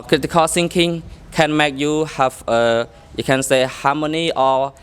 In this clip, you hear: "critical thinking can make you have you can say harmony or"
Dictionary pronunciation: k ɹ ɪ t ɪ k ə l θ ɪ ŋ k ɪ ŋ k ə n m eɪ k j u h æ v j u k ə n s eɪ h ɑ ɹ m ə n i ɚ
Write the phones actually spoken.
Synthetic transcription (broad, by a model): k ɹ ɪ t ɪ k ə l s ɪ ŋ k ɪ ŋ k ə n m eɪ k j u h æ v j u k ə n s eɪ h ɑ m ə n i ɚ